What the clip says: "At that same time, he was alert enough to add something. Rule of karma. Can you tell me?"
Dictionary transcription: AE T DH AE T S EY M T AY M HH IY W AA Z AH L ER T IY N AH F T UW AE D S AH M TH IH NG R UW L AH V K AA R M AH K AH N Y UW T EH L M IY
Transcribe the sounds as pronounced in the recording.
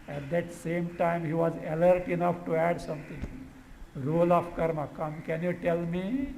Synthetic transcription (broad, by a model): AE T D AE T S EY M T AY M HH IY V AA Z AH L ER T IY N AH F T UW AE D S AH M T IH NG R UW L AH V K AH R M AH K AH N Y UW T EH L M IY